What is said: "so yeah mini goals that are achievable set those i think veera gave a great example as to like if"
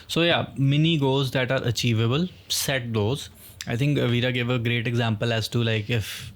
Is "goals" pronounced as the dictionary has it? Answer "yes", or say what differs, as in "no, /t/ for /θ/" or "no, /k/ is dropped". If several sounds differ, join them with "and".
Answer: no, /l/ is dropped